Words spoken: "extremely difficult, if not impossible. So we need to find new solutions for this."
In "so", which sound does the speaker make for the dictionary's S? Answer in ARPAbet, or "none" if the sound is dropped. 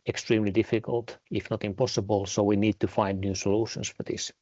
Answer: S